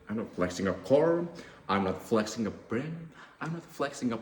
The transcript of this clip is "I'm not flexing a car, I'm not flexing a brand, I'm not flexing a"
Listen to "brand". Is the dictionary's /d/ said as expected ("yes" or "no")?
no